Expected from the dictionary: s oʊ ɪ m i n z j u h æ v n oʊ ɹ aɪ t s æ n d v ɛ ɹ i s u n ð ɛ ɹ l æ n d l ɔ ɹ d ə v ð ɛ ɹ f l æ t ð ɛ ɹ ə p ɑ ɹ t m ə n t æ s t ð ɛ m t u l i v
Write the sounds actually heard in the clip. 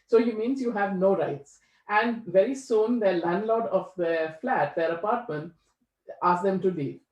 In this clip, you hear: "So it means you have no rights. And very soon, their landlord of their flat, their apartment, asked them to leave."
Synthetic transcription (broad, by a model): s oʊ ɪ m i n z j u h æ v n oʊ ɹ aɪ t s æ n d v ɛ ɹ i s u n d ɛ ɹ l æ n d l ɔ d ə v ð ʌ f l æ t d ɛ ɹ ə p ɑ ɹ t m ə n t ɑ s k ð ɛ m t u l i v